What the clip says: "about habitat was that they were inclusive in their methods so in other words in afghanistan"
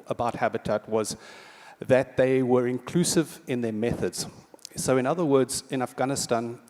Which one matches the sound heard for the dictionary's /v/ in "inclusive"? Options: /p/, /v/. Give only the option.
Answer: /v/